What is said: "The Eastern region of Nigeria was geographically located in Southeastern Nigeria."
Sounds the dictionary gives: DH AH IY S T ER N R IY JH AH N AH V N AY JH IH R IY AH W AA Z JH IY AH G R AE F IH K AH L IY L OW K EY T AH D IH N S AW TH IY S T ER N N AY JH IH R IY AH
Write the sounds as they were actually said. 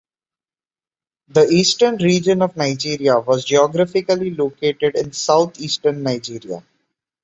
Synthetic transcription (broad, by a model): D AH IY S T ER N R IY JH AH N AH V N AY JH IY R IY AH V AA Z JH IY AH G R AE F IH K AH L IY L OW K EY T AH D IH N S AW T IY S T ER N N AY JH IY R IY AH